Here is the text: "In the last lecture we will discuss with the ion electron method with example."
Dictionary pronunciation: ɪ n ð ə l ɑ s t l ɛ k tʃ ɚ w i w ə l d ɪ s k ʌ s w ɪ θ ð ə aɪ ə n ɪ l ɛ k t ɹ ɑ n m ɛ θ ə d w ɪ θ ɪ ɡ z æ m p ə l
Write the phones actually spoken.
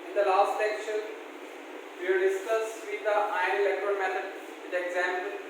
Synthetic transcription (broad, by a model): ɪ n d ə l ɑ s t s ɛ k ʃ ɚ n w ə d ɪ s k ʌ s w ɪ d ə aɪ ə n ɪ l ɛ k t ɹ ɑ l m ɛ t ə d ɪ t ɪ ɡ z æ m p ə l